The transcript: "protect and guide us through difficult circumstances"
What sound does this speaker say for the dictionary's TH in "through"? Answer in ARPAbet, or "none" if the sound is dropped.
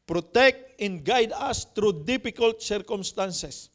T